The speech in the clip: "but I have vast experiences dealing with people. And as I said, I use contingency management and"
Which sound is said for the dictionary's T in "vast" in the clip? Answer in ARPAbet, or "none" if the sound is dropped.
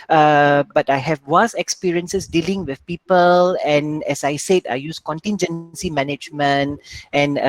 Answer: none